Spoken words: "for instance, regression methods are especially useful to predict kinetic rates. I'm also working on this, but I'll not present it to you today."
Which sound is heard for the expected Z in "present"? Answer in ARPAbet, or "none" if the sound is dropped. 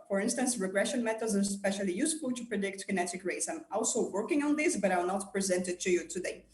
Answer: Z